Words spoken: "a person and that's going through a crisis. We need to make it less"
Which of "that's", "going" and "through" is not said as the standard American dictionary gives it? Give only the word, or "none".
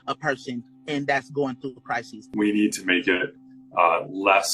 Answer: none